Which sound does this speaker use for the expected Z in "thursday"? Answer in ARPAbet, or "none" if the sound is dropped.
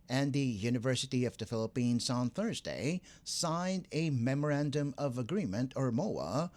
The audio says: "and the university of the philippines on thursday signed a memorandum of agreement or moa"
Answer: Z